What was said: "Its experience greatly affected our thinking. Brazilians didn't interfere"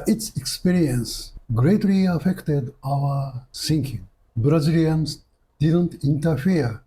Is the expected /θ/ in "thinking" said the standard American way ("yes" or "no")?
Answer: no